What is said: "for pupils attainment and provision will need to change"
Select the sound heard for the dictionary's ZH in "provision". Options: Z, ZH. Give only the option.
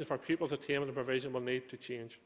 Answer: ZH